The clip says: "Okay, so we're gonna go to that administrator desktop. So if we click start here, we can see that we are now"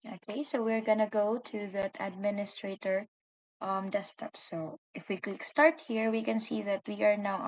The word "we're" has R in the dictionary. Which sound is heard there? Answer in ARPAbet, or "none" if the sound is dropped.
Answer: R